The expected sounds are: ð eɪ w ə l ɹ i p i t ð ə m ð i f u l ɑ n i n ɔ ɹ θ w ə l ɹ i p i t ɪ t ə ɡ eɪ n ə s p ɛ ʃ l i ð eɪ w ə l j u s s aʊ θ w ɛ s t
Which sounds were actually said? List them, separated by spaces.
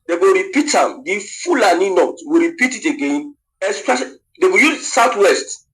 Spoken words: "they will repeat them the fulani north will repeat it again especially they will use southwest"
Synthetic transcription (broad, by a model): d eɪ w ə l ɹ i p i t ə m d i f u l ɑ n i n ɔ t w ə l ɹ i p i t ɪ t ə ɡ eɪ n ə s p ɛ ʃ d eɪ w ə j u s s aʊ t w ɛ s t